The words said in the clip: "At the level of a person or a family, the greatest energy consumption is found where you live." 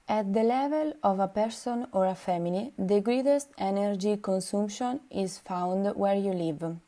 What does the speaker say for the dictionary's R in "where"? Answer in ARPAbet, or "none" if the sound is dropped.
R